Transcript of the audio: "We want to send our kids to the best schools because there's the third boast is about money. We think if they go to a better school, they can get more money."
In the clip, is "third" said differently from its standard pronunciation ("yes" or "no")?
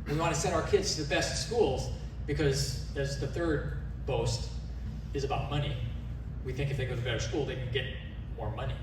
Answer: no